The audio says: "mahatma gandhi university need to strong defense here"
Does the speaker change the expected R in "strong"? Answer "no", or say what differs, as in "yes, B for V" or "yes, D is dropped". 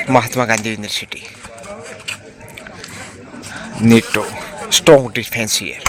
yes, R is dropped